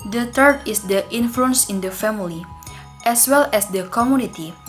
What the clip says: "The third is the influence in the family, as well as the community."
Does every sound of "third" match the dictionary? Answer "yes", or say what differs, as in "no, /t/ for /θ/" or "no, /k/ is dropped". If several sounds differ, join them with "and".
no, /t/ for /θ/